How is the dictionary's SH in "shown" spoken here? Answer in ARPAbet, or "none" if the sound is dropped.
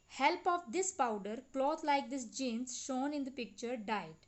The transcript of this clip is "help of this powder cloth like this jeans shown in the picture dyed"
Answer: SH